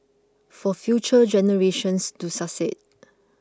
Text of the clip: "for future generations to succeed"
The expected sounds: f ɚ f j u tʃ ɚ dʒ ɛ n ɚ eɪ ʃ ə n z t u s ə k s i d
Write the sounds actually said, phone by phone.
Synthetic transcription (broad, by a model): f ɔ f j u tʃ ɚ dʒ ɛ n ɚ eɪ ʃ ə n s t u s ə s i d